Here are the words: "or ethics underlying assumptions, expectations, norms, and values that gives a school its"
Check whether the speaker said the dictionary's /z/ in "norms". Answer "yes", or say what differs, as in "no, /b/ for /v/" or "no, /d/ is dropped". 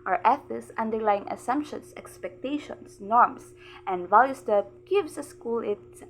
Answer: no, /s/ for /z/